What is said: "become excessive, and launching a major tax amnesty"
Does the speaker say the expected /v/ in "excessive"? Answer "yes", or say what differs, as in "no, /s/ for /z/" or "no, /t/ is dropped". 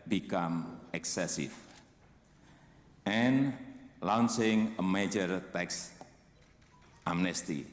no, /f/ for /v/